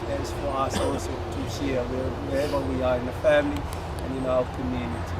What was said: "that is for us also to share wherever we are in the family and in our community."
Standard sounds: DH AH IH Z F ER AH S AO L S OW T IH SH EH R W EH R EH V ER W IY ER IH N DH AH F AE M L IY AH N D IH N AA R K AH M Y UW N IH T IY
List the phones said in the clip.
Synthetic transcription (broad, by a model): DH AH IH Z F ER AH S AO S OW T IH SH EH W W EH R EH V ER W IY ER IH N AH F AE M L IY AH N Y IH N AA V K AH M Y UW N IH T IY